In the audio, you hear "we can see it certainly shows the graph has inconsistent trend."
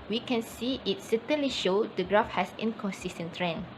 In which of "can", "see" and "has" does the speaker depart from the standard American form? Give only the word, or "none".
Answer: has